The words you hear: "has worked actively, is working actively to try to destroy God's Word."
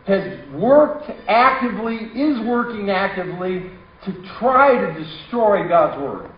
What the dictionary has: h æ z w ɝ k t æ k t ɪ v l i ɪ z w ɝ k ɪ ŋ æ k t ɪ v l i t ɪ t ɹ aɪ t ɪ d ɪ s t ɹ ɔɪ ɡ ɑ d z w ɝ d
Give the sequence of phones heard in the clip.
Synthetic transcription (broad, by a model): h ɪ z w ɝ k t æ k t ɪ v l i ɪ z w ɝ k ɪ ŋ æ k t ɪ v l i t ɪ t ɹ aɪ t ɪ d ɪ s t ɹ ɔɪ ɡ ɑ d z w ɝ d